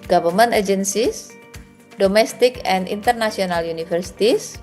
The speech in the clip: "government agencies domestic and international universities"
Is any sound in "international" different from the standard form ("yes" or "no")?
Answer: yes